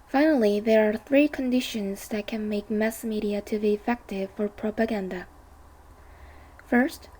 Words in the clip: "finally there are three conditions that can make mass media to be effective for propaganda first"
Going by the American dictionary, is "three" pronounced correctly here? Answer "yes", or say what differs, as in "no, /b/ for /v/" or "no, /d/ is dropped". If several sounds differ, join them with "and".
yes